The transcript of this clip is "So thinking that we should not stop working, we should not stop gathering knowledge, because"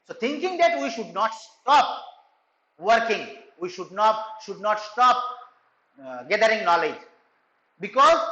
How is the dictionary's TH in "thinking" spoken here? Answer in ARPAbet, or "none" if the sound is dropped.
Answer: T